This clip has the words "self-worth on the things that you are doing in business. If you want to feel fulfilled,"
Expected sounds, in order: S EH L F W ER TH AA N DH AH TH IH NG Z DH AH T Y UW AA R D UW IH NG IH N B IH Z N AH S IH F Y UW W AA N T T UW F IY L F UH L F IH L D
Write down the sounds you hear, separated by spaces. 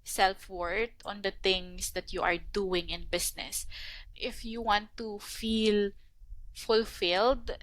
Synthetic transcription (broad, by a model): S EH L F W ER T AA N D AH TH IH NG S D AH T Y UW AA R D UW IH NG IH N B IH S N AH S IH F Y UW W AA N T T UW F IY L F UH L F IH L D